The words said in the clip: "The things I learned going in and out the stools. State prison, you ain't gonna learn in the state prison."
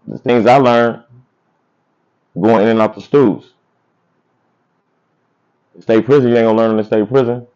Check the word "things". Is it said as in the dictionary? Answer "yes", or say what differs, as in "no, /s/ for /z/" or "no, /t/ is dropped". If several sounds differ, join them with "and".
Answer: yes